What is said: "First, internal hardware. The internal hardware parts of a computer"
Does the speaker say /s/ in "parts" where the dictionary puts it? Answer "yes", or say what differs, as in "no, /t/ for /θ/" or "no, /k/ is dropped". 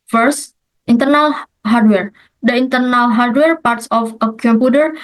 yes